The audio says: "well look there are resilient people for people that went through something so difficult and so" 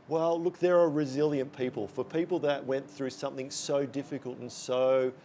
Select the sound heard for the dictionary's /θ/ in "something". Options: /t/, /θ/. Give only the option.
/θ/